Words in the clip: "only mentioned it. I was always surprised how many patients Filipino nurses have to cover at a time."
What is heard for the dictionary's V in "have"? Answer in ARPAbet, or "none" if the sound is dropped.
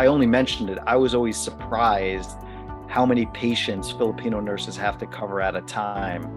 F